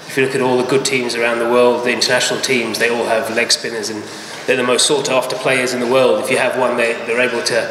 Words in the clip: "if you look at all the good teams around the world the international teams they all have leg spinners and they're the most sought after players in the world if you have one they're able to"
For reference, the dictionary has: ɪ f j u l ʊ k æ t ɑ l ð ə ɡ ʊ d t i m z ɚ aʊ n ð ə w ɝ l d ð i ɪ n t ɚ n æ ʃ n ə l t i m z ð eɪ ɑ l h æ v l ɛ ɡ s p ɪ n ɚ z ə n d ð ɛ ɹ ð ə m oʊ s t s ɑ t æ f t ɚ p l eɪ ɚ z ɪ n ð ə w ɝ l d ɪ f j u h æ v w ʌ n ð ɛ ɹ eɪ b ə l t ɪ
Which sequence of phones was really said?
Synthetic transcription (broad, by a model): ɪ f j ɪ l ʊ k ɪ t ɑ l ð ə ɡ ʊ d t i m z ɚ aʊ n ð ə w ɝ l d ð i ɪ n t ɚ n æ ʃ n l t i m z ð eɪ ɑ l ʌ v l ɛ ɡ s p ɪ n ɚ z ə n ð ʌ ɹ ð ə m oʊ s t s ɑ t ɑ f t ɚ p l eɪ ɚ z ɪ n ð ə w ɝ l d ɪ f j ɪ v w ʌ n ð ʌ ɹ eɪ b ə l t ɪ